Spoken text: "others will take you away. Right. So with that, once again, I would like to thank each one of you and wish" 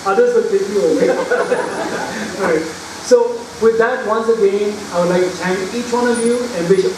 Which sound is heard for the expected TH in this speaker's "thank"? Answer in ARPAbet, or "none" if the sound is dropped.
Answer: T